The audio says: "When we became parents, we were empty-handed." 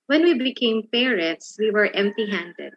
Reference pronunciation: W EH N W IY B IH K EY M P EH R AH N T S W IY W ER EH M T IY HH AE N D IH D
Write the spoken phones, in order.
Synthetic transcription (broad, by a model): W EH N W IY B IH K EY M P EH R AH T S W IY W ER EH M T IY HH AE N D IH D